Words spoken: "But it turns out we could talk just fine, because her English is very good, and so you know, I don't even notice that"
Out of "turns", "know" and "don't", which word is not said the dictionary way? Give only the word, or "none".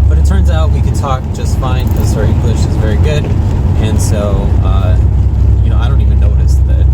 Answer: none